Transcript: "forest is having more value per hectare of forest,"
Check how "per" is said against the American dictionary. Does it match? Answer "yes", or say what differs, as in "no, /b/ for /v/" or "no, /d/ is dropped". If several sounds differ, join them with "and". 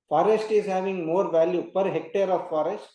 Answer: yes